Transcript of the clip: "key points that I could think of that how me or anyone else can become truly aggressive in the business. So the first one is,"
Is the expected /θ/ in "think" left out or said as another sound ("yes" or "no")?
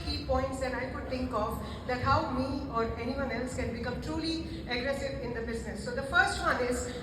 yes